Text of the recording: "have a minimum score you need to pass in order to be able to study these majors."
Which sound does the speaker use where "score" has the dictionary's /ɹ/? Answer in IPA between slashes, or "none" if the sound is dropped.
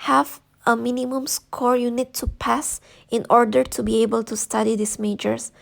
/ɹ/